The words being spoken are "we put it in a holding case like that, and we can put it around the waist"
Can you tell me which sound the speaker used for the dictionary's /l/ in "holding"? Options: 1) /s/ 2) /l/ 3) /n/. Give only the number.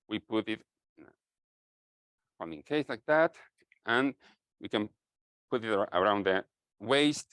3